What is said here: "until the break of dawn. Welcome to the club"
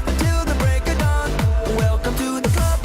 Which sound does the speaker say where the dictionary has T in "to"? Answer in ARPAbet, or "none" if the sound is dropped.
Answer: T